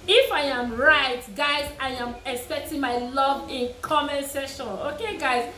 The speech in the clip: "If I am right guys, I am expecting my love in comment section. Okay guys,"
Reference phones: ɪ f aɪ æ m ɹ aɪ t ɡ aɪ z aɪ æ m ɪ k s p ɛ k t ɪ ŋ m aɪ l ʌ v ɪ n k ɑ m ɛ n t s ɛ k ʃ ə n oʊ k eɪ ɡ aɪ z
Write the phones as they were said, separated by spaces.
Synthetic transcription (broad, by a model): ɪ f aɪ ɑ m ɹ aɪ t ɡ aɪ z aɪ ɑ m ɪ k s p ɛ k t ɪ ŋ m aɪ l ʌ v ɪ n k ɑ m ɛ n s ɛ ʃ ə n oʊ k eɪ ɡ aɪ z